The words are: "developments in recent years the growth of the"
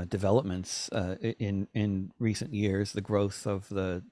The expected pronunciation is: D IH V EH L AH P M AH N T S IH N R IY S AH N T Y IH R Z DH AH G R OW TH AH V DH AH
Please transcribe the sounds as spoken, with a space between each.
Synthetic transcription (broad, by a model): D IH V EH L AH P M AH N T S IH N R IY S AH N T Y IH R Z DH AH G R OW TH AH V DH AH